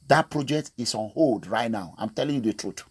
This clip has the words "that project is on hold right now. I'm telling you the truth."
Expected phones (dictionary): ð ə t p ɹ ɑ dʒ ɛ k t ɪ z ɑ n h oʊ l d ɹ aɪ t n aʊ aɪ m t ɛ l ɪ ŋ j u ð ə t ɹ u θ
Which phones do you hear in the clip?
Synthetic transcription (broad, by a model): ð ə t p ɹ ɑ dʒ ɛ k t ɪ s ɑ n h oʊ l d ɹ aɪ t n aʊ aɪ m t ɛ l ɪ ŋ j u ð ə t ɹ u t